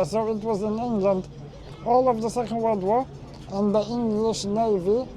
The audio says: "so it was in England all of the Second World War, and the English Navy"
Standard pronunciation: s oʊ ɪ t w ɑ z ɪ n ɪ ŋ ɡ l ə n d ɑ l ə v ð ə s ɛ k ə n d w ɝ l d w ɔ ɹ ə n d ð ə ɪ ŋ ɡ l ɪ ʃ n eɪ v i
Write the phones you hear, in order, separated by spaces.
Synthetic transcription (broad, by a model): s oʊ ɪ t w ɑ z ɪ n ɪ ŋ ɡ l ə n d ɑ l ə v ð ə s ɛ k ə n d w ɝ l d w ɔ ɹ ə n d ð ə ɪ ŋ ɡ l ɪ ʃ n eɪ v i